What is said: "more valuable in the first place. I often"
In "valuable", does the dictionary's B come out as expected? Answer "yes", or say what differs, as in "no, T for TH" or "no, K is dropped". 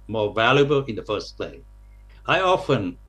yes